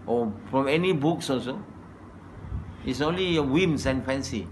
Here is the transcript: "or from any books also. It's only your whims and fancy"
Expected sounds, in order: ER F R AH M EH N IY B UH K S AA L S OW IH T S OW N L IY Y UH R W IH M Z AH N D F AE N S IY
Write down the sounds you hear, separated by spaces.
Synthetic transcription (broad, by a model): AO F R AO M EH N IY B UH K S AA S OW IH T S OW N L IY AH W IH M S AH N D F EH N S IY